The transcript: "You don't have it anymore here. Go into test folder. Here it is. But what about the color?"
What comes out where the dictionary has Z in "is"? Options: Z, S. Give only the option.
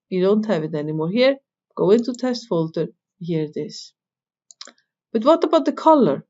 S